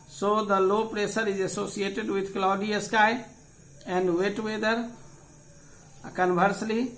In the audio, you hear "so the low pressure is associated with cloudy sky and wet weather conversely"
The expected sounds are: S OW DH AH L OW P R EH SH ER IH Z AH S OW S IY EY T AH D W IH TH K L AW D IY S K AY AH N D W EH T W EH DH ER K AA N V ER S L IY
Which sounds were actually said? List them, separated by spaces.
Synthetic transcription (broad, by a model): S OW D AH L OW P R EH S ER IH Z AH S OW S IY EY T AH D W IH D K L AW D IY S K AY AH N D W EH T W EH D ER K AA N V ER S L IY